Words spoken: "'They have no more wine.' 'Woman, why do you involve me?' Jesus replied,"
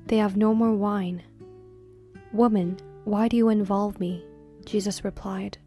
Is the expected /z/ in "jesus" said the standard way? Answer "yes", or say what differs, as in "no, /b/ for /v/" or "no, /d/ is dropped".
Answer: yes